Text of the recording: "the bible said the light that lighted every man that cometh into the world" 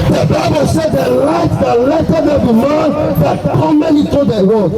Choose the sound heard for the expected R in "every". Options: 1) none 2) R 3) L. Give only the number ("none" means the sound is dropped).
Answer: 1